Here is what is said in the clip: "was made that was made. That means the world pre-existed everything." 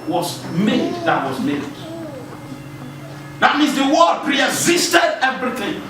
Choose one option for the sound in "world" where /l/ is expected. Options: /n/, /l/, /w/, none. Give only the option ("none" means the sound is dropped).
none